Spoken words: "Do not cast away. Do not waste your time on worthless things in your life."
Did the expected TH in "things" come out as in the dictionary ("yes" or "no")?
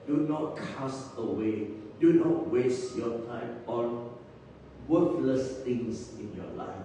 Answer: no